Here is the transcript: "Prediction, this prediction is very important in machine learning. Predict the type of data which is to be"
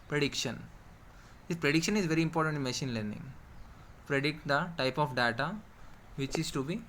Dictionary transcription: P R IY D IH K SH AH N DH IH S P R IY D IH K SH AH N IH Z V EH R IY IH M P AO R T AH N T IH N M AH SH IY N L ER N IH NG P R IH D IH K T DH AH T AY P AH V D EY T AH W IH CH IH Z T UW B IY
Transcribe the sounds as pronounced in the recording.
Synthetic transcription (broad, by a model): P R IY D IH K SH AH N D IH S P R IY D IH K SH AH N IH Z V EH R IY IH M P AO R T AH N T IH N M AH SH IY N L ER N IH NG P R IH D IH K T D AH T AY P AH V D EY T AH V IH CH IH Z T UW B IY